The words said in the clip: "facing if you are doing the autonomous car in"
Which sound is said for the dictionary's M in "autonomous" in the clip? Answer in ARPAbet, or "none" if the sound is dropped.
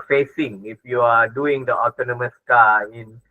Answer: M